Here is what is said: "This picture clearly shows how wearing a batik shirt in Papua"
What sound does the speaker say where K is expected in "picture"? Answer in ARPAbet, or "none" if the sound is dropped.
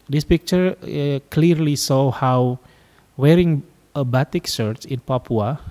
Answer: K